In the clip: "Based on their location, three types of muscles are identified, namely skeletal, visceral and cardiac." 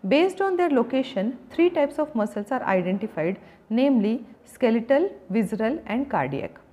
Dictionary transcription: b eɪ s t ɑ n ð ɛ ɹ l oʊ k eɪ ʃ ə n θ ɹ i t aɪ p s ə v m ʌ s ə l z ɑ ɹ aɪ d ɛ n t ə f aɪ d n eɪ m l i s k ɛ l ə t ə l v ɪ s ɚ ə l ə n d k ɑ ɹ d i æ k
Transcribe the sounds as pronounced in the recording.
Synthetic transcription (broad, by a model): b eɪ s t ɑ n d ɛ ɹ l oʊ k eɪ ʃ ə n t ɹ i t aɪ p s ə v m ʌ s ə l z ɑ ɹ aɪ d ɛ n t ə f aɪ d n eɪ m l i s k ɛ l ə t ə l v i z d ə l ə n d k ɑ ɹ d i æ k